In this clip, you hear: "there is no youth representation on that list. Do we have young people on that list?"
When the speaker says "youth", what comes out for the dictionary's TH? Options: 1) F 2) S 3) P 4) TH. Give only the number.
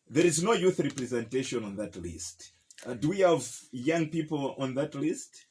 4